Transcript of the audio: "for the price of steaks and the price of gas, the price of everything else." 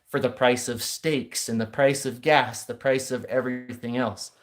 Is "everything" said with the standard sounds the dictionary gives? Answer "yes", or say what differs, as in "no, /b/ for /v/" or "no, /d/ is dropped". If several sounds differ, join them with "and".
yes